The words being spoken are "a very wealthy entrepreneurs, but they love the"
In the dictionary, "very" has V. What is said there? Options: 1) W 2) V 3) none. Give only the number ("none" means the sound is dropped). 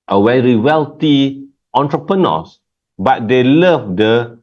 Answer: 1